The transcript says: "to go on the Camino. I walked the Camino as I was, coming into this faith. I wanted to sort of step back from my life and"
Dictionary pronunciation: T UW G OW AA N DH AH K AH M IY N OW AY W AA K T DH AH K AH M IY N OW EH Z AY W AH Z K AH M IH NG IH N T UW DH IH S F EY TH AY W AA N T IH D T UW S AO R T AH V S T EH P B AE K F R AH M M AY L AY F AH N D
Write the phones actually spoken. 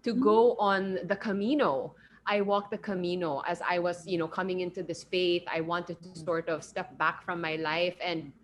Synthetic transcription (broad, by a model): T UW G OW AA N DH AH K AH M IY N OW AY W AA K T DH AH K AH M IY N OW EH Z AY W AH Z K AH M IH NG IH N T UW DH IH S F EY TH AY W AA N T IH D T UW S AO R T AH V S T EH P B AE K F R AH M M AY L AY F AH N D